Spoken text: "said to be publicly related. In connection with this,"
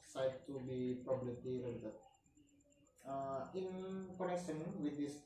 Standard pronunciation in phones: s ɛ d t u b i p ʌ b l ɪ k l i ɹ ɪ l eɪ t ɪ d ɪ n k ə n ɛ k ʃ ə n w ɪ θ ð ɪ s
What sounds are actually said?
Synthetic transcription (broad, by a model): s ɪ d t u b i p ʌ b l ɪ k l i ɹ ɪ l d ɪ ɪ n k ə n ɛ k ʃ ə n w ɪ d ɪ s